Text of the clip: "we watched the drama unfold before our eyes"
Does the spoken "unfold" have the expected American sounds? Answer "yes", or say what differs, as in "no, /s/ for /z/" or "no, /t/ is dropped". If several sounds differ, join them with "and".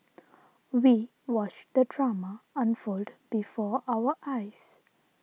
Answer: yes